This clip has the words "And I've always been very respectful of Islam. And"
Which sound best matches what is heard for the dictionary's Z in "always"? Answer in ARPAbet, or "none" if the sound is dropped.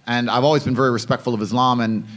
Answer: Z